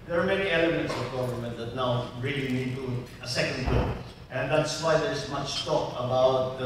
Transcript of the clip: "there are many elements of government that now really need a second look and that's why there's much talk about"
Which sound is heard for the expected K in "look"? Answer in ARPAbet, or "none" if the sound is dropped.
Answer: none